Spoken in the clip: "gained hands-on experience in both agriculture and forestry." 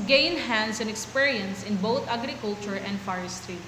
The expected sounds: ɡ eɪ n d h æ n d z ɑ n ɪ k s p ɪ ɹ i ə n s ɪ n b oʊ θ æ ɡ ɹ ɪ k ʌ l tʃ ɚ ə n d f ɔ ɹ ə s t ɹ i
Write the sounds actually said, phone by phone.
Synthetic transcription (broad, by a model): ɡ eɪ n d h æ n d s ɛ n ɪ k s p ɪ ɹ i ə n s ɪ n b oʊ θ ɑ ɡ ɹ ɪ k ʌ l tʃ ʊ ə n d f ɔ ɹ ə s t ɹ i